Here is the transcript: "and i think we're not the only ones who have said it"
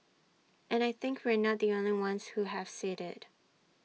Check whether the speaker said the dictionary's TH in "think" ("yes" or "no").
yes